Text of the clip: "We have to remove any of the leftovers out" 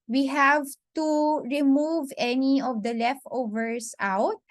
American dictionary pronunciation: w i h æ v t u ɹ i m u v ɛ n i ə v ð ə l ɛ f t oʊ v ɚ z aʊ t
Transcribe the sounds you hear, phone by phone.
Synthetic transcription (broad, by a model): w i h æ v t u ɹ i m u v ɛ n i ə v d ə l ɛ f t oʊ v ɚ s aʊ t